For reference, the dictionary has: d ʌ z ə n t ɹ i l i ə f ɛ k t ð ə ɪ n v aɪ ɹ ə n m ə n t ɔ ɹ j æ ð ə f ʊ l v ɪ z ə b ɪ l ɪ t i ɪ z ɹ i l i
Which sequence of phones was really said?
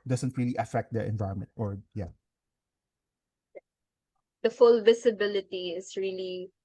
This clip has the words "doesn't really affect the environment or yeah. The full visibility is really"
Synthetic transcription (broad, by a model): d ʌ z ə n t ɹ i l i ə f ɛ k t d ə ɪ n v aɪ ɹ ə n m ə n t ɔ ɹ j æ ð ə f ʊ l v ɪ s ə b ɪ l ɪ t i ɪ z ɹ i l i